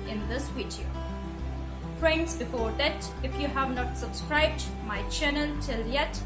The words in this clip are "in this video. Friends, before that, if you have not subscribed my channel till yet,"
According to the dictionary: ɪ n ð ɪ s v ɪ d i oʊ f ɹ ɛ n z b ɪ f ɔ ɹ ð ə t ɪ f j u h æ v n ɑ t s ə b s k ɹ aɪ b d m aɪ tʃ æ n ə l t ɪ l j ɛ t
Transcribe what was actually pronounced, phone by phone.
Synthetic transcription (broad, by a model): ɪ n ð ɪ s w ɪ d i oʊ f ɹ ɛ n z b ɪ f ɔ ɹ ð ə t ɪ f j u h æ v n ɑ t s ə b s k ɹ aɪ b d m aɪ tʃ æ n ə l t ɪ l j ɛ t